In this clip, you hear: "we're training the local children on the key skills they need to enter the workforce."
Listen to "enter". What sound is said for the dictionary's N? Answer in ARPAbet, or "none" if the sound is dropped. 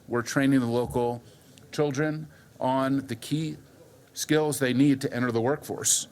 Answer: none